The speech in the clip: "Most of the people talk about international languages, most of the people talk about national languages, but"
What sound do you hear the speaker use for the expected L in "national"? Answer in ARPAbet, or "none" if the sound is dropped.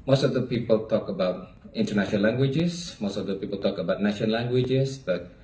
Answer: N